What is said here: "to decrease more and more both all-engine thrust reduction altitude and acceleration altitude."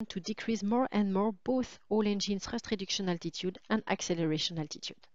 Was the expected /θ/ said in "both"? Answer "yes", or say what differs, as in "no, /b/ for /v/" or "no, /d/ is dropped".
yes